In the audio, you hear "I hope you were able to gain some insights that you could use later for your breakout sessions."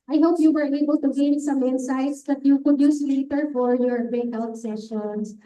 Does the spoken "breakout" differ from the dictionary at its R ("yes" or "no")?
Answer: yes